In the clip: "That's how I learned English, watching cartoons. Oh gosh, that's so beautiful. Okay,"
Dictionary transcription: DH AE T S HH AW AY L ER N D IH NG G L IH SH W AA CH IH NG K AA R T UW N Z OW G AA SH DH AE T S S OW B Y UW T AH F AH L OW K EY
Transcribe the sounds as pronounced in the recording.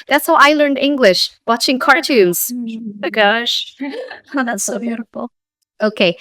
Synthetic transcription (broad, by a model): DH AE T S HH AW AY L ER N D IH NG G L IH SH W AA CH IH NG K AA R T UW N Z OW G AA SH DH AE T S S OW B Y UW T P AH OW K EY